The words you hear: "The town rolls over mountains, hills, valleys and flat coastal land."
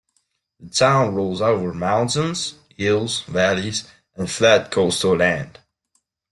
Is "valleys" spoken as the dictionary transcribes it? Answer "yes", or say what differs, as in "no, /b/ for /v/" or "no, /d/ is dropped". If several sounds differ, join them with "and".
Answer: yes